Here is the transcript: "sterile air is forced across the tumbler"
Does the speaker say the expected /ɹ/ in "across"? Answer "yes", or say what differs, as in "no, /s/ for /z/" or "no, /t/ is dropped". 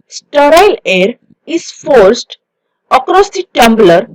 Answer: yes